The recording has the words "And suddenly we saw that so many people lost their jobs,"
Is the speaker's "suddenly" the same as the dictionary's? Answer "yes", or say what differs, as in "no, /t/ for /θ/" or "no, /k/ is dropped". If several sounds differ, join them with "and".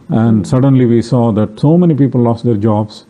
yes